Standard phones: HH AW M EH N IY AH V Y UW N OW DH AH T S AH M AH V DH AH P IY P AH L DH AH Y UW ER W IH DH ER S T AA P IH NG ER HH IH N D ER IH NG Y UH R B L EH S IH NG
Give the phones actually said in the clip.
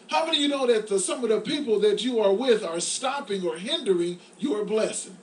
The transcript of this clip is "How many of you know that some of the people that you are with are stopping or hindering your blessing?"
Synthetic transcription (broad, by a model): HH AW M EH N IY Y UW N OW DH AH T S AH M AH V DH AH P IY P L DH AH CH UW ER W IH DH ER S T AA P IH NG ER HH IH N D ER IH NG Y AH R B L EH S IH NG